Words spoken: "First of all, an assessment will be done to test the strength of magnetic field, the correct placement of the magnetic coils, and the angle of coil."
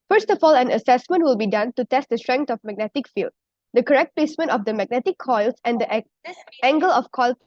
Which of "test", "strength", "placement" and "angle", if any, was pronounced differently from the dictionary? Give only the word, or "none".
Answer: strength